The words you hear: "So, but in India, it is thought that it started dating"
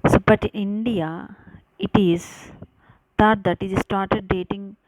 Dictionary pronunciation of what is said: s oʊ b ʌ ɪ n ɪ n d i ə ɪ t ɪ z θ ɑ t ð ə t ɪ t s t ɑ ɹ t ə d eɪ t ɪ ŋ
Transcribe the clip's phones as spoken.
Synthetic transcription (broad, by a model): s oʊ b ʌ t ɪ n d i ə ɪ t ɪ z t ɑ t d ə t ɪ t s t ɑ ɹ t ə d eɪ t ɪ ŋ